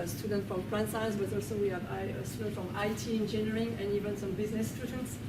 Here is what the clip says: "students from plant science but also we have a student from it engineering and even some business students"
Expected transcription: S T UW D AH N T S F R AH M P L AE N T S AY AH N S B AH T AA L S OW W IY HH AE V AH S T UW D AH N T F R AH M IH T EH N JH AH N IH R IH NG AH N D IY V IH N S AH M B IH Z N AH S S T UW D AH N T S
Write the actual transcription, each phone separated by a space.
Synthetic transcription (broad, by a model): S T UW D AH N T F R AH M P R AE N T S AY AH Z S B AH T AA L S OW W IY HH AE V AH S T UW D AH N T F R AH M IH T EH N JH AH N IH R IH NG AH N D IY V IH N S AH M B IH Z N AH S S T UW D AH N T S